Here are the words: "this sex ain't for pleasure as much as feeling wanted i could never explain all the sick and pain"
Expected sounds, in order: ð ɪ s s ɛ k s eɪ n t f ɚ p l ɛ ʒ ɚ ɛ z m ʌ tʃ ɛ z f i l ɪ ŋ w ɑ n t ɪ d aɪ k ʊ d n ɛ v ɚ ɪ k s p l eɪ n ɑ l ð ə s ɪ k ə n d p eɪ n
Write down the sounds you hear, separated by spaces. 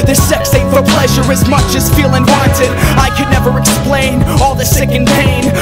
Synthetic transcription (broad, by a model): ð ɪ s s ɛ k s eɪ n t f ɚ p l ɛ ʒ ɚ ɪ z m ʌ tʃ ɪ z f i l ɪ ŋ w ɑ n t ɪ d aɪ k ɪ d n ɛ v ɚ ɪ k s p l eɪ n ɑ l ð ə s ɪ k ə n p eɪ n